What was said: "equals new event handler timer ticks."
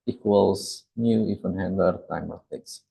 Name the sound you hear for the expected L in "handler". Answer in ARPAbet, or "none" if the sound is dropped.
none